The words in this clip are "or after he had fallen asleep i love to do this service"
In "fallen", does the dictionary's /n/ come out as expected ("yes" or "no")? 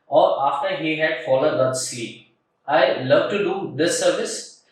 no